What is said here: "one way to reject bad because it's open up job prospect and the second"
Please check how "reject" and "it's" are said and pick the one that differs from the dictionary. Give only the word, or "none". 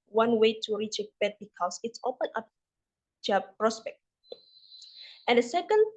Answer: reject